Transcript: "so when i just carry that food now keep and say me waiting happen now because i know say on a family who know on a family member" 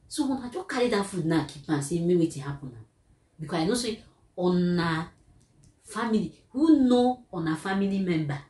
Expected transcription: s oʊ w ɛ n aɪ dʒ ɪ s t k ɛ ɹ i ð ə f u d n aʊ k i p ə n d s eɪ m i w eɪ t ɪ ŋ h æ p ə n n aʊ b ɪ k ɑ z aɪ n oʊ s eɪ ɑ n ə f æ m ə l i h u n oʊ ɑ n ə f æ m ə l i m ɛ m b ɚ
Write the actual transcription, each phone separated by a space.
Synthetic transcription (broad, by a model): s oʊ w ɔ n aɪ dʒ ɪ k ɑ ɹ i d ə f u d n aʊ k i p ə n s eɪ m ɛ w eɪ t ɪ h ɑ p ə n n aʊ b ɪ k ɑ aɪ n oʊ s eɪ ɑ n ə f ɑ m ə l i h u n oʊ ɑ n ə f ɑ m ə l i m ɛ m b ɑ